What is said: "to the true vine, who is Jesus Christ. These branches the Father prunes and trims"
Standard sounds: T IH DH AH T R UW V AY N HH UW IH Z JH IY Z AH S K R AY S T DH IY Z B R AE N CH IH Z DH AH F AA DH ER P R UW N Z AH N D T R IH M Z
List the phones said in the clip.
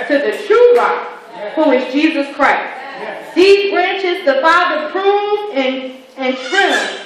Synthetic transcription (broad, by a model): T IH DH AH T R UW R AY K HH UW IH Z JH IY Z AH S K R AY S T DH IY Z B R AE N CH IH Z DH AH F AA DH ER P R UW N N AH N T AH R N